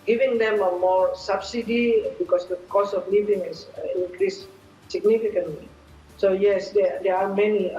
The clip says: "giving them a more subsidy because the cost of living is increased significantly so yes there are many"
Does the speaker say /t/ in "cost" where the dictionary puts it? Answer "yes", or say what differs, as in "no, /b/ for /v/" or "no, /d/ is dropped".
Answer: no, /t/ is dropped